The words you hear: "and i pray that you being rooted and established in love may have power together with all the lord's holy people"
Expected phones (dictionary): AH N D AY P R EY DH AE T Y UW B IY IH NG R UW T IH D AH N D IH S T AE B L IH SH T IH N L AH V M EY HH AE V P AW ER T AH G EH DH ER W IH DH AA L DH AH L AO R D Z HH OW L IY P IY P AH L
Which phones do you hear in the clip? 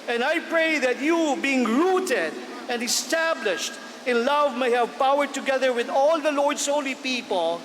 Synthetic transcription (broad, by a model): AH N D AY P R EY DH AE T Y UW B IY IH NG R UW T IH D AH N D IH S T AE B L IH SH T IH N L AH V M EY HH AE V P AW ER T AH G EH DH ER W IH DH AA L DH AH L AO R D S HH OW L IY P IY P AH L